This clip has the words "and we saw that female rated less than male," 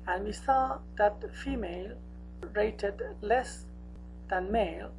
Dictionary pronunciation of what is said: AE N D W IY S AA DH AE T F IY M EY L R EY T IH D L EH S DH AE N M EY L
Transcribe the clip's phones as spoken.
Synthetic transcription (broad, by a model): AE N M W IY S AA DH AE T F IY M EY L R EY T IH D L EH S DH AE N M EY L